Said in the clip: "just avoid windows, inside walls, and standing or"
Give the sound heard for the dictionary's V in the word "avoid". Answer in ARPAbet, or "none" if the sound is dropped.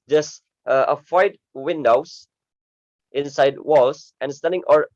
F